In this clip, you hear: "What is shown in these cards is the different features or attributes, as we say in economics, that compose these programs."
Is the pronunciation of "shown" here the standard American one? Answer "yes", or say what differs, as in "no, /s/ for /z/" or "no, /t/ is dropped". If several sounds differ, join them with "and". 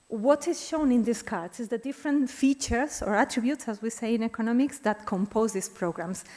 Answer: yes